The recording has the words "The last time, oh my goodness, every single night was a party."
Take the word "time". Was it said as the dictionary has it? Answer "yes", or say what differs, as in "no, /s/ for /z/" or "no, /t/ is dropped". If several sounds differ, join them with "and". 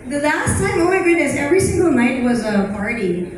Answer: no, /s/ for /t/